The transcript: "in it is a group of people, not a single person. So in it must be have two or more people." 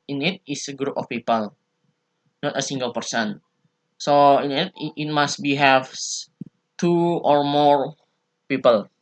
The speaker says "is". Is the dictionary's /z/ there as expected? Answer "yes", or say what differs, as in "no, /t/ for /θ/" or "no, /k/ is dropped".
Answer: no, /s/ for /z/